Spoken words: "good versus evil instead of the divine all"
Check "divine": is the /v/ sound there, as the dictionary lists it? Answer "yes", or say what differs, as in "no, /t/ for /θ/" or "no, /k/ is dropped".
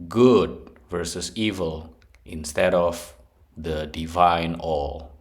yes